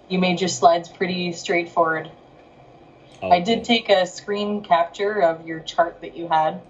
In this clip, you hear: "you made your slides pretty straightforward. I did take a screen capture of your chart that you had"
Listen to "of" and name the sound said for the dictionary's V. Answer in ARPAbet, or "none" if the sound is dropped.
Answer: V